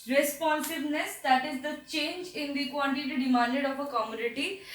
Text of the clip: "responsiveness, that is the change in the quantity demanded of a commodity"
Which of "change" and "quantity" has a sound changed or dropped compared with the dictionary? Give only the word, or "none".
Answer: quantity